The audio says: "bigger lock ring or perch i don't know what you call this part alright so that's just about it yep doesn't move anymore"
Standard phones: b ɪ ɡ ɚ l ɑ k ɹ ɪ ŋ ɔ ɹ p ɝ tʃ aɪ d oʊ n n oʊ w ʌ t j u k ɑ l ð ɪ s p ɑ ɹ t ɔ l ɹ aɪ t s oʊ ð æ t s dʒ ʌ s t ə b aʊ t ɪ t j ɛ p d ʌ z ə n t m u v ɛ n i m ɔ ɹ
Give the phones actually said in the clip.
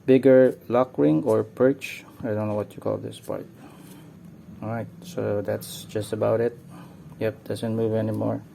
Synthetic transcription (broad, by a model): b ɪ ɡ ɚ l ɑ k ɹ ɪ ŋ ɔ ɹ p ɝ tʃ aɪ d oʊ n n oʊ w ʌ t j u k ɑ l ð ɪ s p ɑ ɹ t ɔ ɹ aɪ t s oʊ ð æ t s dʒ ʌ s t ə b aʊ t ɪ t j ɛ p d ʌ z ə n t m u v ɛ n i m ɔ ɹ